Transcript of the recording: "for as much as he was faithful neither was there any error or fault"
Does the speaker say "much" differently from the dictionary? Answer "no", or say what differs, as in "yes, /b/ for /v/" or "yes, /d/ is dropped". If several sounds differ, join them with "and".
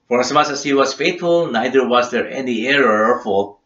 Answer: yes, /s/ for /tʃ/